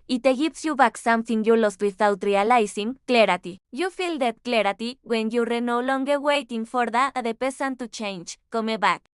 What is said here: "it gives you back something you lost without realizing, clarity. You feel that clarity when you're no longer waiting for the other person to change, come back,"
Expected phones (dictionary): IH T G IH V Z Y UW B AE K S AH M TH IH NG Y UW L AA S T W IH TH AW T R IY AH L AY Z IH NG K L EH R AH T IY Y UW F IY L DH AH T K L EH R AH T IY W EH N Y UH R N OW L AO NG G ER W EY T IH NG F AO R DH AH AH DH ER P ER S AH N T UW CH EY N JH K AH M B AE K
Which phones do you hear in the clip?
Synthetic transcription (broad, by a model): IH T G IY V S Y UW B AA K S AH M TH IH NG Y UW L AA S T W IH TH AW T R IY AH L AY S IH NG K L EH R AH T IY Y UW F IY L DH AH T K L EH R AH T IY W EH N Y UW R N OW L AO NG G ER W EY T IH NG F AO R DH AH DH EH P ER S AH N T UW CH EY N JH K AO M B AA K